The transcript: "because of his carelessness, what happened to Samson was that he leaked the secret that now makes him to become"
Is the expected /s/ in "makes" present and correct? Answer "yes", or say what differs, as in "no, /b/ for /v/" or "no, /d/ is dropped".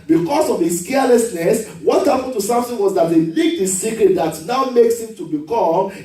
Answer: yes